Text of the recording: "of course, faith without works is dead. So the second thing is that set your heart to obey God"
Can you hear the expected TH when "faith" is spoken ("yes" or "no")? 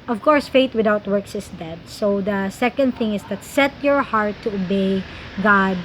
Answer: no